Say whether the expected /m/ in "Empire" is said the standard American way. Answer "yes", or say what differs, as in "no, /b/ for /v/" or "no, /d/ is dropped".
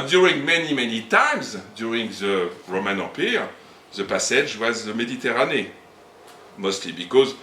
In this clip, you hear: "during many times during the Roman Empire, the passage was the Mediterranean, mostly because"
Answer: no, /m/ is dropped